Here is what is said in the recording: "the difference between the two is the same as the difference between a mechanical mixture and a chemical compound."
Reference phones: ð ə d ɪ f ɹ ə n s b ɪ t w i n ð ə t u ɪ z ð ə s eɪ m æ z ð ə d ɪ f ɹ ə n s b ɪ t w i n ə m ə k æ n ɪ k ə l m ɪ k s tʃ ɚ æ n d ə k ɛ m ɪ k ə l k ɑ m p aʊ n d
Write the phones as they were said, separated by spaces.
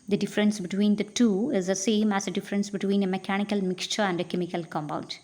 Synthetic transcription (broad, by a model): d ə d ɪ f ɹ ə n s b ɪ t w i n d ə t u ɪ z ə s eɪ m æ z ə d ɪ f ɹ ə n s b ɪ t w i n ə m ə k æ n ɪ k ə l m ɪ k s tʃ ɚ æ n d ə k ɛ m ɪ k ə l k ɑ m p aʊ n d